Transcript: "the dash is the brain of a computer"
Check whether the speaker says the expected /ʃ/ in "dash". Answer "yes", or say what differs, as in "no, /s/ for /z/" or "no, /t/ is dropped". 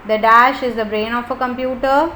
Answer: yes